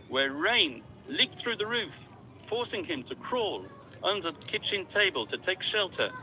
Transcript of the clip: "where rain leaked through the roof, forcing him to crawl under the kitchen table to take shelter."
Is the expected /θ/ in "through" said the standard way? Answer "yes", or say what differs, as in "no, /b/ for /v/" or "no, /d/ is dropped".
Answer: yes